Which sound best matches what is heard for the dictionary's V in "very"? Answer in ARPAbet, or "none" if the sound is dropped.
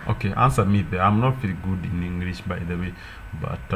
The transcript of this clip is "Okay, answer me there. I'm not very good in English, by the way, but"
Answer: F